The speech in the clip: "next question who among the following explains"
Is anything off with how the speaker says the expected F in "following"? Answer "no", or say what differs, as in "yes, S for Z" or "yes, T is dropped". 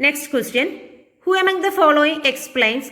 no